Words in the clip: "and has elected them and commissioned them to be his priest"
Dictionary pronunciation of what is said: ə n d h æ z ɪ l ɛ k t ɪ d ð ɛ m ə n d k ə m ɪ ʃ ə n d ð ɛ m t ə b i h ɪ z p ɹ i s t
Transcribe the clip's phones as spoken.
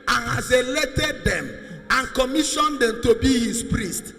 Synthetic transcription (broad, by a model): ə n h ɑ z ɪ l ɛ t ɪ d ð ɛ m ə n k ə m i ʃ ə n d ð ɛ m t ə b i h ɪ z p ɹ i s t